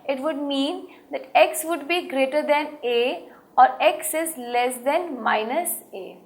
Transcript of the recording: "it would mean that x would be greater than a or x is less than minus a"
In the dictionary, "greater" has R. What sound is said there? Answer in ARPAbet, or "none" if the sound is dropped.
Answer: R